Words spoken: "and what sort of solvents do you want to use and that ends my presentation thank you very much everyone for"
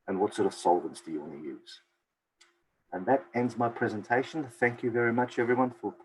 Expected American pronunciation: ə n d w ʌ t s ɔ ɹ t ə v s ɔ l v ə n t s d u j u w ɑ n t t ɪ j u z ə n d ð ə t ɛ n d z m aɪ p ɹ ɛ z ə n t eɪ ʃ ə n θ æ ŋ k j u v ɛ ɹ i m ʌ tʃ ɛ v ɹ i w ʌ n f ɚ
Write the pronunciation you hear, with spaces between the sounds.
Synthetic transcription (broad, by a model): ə n w ʌ t s ɔ ɹ t ə v s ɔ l v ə n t s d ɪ j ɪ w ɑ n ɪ j u z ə n ð ə t ɛ n d z m aɪ p ɹ ɛ z ə n t eɪ ʃ ə n θ æ ŋ k j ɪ v ɛ ɹ i m ʌ tʃ ɛ v ɹ i w ʌ n f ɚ